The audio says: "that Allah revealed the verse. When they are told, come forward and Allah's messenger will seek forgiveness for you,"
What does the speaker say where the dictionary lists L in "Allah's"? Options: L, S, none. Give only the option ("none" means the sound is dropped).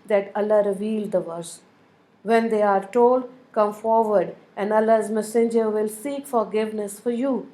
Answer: none